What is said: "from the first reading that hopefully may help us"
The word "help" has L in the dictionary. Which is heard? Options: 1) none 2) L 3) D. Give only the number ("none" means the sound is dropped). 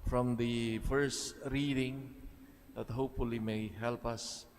2